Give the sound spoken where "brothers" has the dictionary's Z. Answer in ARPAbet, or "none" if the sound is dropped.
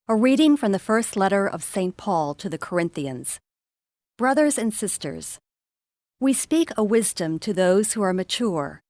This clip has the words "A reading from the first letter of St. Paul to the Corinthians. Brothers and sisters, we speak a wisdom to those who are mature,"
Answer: Z